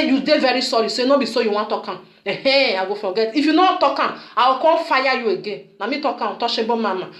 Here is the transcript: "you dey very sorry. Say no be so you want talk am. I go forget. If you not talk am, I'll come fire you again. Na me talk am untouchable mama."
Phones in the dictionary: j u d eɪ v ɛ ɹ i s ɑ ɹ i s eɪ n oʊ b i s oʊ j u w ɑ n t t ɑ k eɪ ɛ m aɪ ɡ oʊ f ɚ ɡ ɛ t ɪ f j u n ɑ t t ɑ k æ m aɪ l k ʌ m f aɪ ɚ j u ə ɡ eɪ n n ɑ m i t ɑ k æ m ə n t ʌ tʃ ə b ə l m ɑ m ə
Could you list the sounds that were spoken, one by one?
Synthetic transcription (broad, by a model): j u d eɪ v ɛ ɹ i s ɑ ɹ i s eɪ n oʊ b i s oʊ j u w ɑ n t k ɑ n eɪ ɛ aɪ ɡ oʊ f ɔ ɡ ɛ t ɪ f j u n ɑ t t ɑ k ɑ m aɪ w k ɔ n f aɪ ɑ j u ə ɡ eɪ n n ɑ m i t ɑ k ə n t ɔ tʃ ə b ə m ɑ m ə